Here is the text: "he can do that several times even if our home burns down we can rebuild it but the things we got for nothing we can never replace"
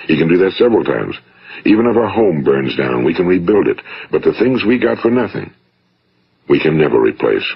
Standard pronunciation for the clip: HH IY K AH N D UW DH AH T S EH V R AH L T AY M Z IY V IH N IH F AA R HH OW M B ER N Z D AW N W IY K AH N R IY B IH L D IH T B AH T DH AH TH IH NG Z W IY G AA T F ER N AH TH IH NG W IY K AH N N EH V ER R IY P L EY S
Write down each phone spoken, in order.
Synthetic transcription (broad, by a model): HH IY K AH N D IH DH AH T S EH V R L T AY M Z IY V IH N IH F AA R HH OW M B ER N Z D AW N W IY K AH N R IY B IH L D IH T B AH T DH AH TH IH NG Z W IY G AA T F ER N AH TH IH NG W IY K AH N N EH V ER R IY P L EY S